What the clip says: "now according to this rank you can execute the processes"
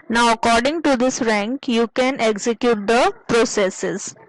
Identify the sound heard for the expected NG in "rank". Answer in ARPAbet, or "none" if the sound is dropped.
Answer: NG